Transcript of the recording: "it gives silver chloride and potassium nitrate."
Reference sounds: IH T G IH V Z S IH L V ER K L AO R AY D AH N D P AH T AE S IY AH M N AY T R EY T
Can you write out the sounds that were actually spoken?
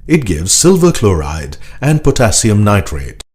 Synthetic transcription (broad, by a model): IH T G IH V Z S IH L V ER K L AO R AY D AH N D P AH T AE S IY AH M N AY T R EY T